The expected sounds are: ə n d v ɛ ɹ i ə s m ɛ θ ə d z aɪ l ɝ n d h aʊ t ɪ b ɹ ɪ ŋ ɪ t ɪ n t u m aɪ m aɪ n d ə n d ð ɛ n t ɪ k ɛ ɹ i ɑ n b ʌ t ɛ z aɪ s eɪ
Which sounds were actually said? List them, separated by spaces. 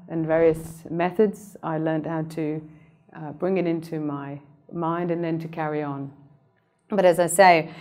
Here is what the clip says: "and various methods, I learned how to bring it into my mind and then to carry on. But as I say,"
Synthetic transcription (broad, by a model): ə n v ɛ ɹ i ə s m ɛ θ ə d z aɪ l ɝ n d h aʊ t ɪ b ɹ ɪ ŋ ɪ t ɪ n t u m aɪ m aɪ n d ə n ð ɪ n t ɪ k ɛ ɹ i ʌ n b ʌ t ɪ z aɪ s eɪ